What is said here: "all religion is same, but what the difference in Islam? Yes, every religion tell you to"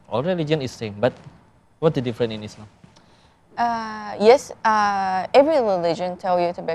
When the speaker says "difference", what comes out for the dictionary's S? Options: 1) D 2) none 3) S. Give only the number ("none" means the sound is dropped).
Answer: 2